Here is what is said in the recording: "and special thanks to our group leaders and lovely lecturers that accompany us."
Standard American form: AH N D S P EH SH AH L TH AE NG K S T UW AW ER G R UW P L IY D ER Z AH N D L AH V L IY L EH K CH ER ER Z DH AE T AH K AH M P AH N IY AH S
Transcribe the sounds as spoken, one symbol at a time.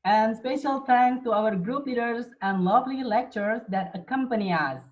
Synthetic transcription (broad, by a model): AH N D S P EH SH AH L T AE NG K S T UW AW ER G R UW P L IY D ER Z AH N D L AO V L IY L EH K CH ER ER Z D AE T AH K AH M P AH N IY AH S